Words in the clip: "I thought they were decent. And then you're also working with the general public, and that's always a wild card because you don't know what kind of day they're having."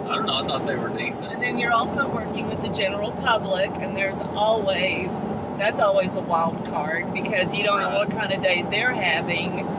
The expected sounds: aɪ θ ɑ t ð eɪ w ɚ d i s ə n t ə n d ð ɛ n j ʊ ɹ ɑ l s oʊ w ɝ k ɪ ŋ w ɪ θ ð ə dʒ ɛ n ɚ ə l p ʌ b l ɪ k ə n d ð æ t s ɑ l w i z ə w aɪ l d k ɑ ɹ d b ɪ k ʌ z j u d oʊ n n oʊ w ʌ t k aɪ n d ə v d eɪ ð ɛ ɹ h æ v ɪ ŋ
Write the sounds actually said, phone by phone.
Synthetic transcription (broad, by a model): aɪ t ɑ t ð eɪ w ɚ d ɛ ə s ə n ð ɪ n j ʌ ɹ ɑ l s oʊ w ɝ k ɪ ŋ w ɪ ð ə dʒ ɛ n ɚ l p ʌ b l ɪ k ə n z ð æ t s ɑ l w i z ə w aɪ l d k ɑ ɹ d b ɪ k ʌ z j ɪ d oʊ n n oʊ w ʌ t k aɪ n d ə d eɪ ð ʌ ɹ h æ v ɪ ŋ